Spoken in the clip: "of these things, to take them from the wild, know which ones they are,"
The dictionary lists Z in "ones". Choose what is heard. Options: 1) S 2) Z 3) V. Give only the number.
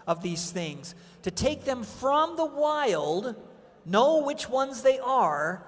2